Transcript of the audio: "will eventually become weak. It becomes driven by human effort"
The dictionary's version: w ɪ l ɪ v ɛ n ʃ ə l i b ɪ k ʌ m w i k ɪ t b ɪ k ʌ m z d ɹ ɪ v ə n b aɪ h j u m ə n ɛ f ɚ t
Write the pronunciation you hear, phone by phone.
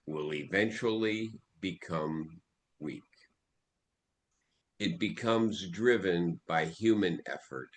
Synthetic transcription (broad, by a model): w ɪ l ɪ v ɛ n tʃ l i b ɪ k ʌ m w i k ɪ t b ɪ k ʌ m z d ɹ ɪ v ə n b aɪ h j u m ə n ɛ f ɚ t